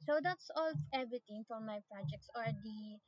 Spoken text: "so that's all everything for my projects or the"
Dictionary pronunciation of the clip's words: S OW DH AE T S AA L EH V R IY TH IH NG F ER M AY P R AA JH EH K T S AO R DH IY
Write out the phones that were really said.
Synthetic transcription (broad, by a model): S OW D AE T S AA L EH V R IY T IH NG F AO M AY P R AA JH EH K T S AO R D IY